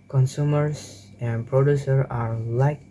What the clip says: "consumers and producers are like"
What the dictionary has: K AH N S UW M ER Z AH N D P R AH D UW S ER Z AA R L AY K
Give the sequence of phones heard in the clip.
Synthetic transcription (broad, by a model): K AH N S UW M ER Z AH N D P R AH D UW S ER AA R L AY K